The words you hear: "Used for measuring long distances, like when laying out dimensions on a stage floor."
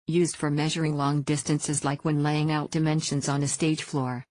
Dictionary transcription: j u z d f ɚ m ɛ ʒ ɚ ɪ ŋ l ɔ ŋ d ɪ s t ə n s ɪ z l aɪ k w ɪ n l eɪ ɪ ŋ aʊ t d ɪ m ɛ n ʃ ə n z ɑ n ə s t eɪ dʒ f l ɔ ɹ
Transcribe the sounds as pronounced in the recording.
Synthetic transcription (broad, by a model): j u z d f ɚ m ɛ ʒ ɚ ɪ ŋ l ɔ ŋ d ɪ s t ə n s ɪ z l aɪ k w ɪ n l eɪ ɪ ŋ aʊ t d ɪ m ɛ n ʃ ə n z n ə s t eɪ dʒ f l ɔ ɹ